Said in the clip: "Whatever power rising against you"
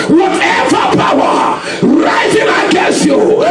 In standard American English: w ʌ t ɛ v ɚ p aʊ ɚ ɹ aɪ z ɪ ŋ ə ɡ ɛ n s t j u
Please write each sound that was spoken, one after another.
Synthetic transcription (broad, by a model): w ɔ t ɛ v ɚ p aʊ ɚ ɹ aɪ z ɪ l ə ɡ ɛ s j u